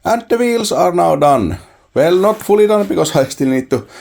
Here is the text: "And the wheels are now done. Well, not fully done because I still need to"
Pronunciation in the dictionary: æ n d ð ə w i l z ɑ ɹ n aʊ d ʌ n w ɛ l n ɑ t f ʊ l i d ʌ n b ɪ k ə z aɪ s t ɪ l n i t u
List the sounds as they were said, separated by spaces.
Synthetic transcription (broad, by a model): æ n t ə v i l s ɑ ɹ n aʊ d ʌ n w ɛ l n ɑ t f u l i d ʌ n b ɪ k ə s aɪ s t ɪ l n i t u